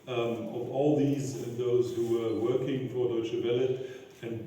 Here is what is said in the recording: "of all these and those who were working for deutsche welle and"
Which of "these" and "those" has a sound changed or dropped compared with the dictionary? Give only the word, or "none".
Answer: none